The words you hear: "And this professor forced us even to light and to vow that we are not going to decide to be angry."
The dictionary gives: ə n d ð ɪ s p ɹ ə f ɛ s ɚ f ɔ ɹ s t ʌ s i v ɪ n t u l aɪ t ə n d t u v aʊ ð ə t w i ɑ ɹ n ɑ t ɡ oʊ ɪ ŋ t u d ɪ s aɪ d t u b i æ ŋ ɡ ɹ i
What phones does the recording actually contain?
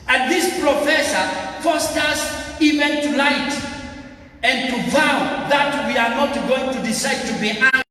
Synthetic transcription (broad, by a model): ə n ð ɪ s p ɹ ə f ɛ s ɚ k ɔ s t ʌ s i v ɪ n t u l aɪ t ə n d t u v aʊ ð ə t w i ɑ ɹ n ɑ t ɡ oʊ ɪ ŋ t u d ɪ s aɪ d t u b i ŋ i